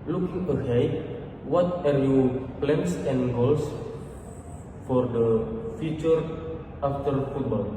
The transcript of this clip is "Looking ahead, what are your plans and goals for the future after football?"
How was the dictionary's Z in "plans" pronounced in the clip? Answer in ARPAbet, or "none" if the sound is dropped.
S